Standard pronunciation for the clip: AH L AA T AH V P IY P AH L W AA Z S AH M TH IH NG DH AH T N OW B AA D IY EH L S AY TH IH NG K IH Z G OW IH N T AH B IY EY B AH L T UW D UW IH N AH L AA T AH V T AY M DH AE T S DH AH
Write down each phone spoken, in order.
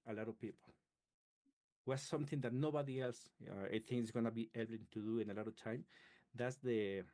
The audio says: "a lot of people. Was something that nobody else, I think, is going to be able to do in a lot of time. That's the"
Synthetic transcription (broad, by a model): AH L AA T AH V P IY P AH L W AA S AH M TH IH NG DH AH T N OW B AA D IY EH L S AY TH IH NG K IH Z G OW N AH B IY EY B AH N T UW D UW IH N AH L AA T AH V T AY M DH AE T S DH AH